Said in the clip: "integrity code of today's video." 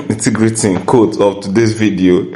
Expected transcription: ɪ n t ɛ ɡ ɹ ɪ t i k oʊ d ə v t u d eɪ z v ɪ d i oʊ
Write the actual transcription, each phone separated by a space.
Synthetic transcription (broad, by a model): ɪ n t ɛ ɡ ɹ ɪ t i k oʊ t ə p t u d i s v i d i oʊ